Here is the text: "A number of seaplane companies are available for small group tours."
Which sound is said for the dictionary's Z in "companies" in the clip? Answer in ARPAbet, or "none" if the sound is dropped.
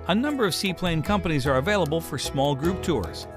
Z